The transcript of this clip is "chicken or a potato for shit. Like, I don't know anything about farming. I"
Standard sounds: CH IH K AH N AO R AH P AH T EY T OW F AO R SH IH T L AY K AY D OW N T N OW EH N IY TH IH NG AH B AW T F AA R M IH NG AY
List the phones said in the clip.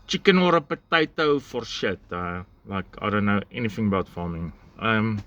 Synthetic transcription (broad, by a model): CH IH K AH N AO R AH P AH T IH T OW F AO R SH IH T L AY K AY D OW N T N OW EH N IY TH IH NG AH B AW T F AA M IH NG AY